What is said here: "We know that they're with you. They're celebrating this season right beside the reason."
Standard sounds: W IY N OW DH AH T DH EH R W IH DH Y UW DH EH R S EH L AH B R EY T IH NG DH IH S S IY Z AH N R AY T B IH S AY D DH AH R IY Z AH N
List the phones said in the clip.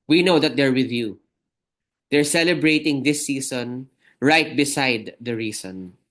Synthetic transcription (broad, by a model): W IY N OW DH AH T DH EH R W IH DH Y UW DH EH R S EH L AH B R EY T IH NG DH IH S S IY S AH N R AY T B IH S AY D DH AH R IY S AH N